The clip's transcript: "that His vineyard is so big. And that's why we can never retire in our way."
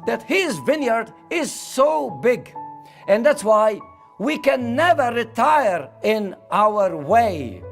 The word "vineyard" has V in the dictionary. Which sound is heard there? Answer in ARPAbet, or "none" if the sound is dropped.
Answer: V